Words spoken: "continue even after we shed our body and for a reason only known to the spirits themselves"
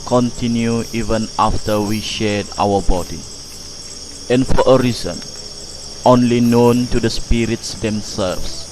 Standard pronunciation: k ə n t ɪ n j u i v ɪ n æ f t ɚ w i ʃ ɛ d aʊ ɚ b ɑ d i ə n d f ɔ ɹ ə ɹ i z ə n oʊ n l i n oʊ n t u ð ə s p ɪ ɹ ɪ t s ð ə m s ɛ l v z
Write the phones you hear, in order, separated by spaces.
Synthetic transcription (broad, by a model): k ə n t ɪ n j u i v ɪ n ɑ f t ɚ w i ʃ ɛ d aʊ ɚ b ɑ d i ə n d f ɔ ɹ ə ɹ i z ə n oʊ n l i n oʊ n t u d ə s p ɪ ɹ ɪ t s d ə m s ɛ l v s